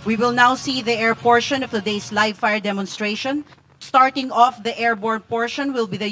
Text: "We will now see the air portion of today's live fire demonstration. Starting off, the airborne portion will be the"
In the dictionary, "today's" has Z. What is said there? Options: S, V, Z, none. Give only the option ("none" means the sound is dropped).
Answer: S